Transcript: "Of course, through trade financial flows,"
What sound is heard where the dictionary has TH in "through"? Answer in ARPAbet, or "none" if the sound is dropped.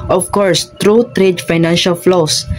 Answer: T